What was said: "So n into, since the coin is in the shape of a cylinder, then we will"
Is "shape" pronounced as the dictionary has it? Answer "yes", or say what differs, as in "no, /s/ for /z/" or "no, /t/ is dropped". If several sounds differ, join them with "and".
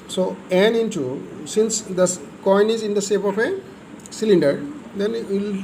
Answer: no, /s/ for /ʃ/